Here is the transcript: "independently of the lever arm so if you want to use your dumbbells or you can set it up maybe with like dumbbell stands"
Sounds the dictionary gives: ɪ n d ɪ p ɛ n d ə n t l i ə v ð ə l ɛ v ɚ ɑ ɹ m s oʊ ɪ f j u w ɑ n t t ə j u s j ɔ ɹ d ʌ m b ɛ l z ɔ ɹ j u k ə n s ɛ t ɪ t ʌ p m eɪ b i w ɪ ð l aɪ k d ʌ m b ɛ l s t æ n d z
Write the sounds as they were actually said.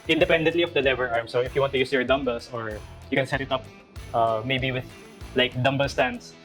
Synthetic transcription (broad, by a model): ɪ n d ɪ p ɛ n d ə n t l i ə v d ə l ɛ v ɚ ɑ ɹ m s oʊ ɪ f j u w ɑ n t t ə j u s j ɔ ɹ d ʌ m b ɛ l s ɔ ɹ j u k ə n s ɛ t ɪ t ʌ p m eɪ b i w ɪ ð l aɪ k d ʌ m b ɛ l s t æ n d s